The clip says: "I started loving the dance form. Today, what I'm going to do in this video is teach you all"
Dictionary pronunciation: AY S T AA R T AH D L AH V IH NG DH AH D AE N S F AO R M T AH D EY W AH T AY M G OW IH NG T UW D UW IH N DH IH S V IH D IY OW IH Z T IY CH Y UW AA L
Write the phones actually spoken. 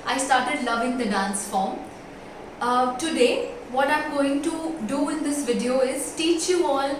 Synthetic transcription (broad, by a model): AY S T AA R T AH D L AH V IH NG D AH D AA N S F AO R M T AH D EY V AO T AY M G OW IH NG T UW D UW IH N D IH S V IH D IY OW IH Z T IY CH Y UW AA L